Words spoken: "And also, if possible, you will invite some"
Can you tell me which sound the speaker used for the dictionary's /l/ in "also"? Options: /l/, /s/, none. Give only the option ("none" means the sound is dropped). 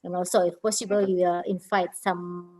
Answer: none